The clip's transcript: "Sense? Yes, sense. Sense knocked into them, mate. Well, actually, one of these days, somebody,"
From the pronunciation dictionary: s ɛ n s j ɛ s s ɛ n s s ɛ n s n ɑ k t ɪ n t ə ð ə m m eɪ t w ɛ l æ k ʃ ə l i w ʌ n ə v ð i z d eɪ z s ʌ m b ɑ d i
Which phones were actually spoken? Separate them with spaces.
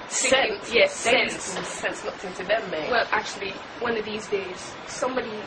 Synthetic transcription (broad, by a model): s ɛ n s j ɛ s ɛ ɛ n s s ɛ n s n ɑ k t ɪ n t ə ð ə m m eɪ w ɛ l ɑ k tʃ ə l i w ʌ n ə v ð i z d eɪ z s ʌ m b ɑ d i